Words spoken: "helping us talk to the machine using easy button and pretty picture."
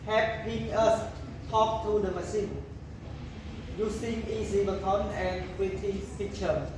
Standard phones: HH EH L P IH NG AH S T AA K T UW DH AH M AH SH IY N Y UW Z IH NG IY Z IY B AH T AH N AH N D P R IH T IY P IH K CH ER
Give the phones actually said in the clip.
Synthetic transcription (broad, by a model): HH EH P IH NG AH S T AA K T UW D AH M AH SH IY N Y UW S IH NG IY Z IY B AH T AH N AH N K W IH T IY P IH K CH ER